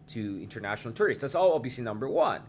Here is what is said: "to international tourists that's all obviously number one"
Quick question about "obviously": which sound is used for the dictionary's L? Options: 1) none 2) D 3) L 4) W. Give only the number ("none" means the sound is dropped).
1